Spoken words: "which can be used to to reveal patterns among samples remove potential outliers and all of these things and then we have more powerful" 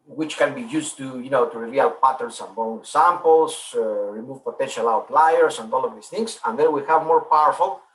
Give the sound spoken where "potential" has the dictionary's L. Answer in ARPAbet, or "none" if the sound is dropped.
L